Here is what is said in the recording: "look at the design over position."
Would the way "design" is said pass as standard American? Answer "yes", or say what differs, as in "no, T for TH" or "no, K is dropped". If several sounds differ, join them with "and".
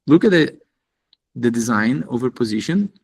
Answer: yes